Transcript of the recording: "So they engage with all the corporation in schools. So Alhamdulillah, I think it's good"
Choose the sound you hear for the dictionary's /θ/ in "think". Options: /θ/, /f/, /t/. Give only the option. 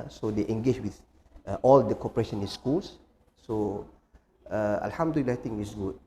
/t/